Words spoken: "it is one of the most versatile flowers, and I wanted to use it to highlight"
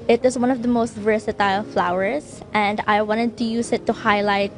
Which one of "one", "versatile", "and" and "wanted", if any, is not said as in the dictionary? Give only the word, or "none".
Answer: none